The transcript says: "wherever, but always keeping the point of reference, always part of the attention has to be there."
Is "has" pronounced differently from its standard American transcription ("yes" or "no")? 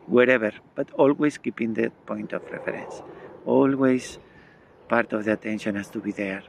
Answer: yes